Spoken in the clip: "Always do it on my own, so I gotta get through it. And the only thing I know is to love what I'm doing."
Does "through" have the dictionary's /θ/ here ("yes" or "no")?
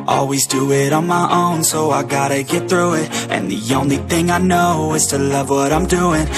yes